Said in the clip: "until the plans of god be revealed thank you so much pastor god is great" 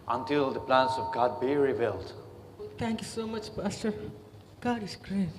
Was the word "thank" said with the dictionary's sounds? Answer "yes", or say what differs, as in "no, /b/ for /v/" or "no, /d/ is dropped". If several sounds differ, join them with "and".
no, /t/ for /θ/